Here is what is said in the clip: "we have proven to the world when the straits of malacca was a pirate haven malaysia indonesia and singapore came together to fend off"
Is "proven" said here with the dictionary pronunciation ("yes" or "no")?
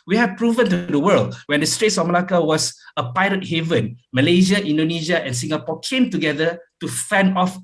yes